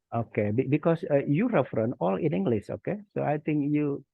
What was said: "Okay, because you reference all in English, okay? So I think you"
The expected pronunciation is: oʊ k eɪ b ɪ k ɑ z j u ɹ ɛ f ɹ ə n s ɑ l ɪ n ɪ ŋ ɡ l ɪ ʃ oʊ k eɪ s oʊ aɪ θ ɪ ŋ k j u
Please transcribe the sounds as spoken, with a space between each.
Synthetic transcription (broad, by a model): oʊ k eɪ b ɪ k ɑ s j u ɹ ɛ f ɹ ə n ɑ l ɪ n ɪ ŋ ɡ l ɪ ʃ oʊ k eɪ s oʊ aɪ t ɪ ŋ k j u